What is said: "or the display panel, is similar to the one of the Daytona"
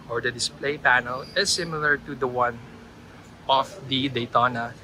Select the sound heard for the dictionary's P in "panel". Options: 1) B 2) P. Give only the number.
2